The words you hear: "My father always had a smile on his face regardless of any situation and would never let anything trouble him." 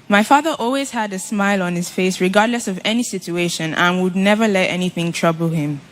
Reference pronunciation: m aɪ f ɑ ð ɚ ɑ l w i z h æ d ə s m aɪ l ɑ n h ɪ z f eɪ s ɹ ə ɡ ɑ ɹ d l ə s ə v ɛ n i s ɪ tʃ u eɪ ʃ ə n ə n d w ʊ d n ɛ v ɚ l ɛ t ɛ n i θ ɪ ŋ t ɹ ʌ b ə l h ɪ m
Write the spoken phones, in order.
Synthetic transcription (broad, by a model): m aɪ f ɑ ð ɚ ɑ l w i z h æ d ə s m aɪ l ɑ n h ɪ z f eɪ s ɹ ə ɡ ɑ ɹ d l ə s ə v ɛ n i s ɪ tʃ u eɪ ʃ ə n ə n w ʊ d n ɛ v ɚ l ɛ t ɛ n i θ ɪ ŋ t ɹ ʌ b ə l h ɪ m